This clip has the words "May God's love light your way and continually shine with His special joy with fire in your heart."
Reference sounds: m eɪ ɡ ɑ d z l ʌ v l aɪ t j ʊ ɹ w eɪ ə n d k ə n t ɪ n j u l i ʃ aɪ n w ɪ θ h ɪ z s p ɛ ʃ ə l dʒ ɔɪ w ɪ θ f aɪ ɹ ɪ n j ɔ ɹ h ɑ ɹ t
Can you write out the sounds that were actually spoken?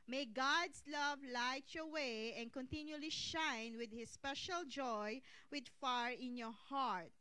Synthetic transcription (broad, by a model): m eɪ ɡ ɑ d s l ʌ v l aɪ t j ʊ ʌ w eɪ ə n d k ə n t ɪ n j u l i ʃ aɪ n w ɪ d h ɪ s p ɛ ʃ ə l dʒ ɔɪ w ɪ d f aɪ ɹ ɪ n j ɔ ɹ h ɑ ɹ t